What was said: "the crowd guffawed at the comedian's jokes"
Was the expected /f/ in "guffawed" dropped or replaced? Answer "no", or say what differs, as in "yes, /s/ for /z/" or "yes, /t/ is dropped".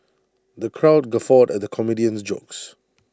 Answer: no